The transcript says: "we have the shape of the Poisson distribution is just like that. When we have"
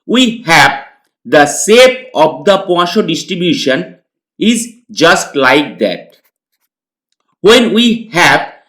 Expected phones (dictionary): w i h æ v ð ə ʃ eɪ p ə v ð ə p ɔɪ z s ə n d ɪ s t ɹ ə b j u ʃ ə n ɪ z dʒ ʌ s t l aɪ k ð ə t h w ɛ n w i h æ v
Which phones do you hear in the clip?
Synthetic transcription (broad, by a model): w i h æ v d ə s eɪ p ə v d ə p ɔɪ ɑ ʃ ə d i s t ɹ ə b j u ʃ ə n ɪ z dʒ ʌ s t l aɪ k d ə t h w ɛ n w i h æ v